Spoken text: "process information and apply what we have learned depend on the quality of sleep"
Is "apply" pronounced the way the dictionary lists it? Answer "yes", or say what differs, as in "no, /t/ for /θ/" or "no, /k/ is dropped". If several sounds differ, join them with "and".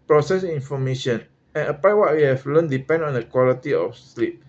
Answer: no, /l/ is dropped